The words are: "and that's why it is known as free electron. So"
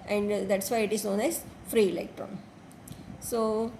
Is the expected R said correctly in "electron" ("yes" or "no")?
yes